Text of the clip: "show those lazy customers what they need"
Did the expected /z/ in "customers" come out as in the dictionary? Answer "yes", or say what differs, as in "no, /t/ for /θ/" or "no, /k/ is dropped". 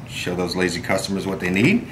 yes